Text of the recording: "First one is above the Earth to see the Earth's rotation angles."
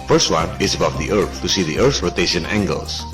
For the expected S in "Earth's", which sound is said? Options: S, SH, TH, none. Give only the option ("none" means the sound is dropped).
none